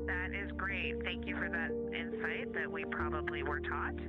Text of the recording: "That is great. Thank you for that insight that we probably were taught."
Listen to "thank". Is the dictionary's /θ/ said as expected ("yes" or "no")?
yes